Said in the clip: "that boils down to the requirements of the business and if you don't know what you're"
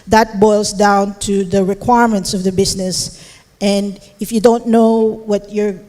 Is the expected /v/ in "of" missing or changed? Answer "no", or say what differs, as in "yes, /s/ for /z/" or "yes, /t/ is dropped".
no